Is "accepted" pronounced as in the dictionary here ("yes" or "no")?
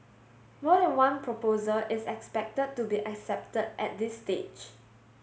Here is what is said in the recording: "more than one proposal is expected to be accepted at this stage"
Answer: yes